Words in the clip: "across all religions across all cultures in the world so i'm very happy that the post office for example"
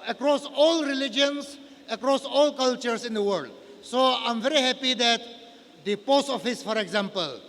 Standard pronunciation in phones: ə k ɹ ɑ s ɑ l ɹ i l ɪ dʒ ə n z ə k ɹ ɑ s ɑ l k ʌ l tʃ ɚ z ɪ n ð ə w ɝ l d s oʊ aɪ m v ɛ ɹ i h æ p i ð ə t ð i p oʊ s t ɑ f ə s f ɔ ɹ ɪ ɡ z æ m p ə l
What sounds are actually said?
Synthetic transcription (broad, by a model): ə k ɹ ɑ s ɑ l ɹ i l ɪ dʒ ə n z ə k ɹ ɑ s ɑ l k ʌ l tʃ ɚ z ɪ n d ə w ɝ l d s oʊ aɪ m v ɛ ɹ i h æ p i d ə t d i p oʊ s t ɑ f ə s f ɔ ɹ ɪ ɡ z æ m p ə l